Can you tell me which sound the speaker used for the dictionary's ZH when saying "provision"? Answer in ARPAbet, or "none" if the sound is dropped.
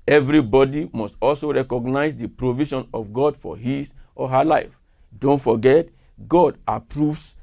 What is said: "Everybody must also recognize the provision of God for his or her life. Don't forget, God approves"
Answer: SH